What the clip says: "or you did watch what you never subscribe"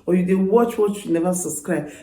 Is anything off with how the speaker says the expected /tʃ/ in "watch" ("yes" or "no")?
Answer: no